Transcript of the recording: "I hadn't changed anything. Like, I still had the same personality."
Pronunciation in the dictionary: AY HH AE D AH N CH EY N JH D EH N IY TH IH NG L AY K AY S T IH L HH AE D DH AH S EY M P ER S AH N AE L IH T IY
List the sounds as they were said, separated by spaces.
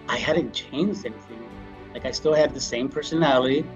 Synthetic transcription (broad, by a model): AY HH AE D N CH EY N JH D EH N IY TH IH NG L AY K AY S T IH L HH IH D DH AH S EY M P ER S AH N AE L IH T IY